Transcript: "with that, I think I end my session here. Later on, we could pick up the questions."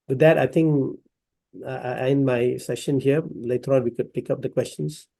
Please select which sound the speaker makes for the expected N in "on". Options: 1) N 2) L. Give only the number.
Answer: 2